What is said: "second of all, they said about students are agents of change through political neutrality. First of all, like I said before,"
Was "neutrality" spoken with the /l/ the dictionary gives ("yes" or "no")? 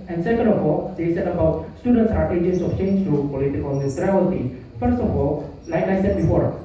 no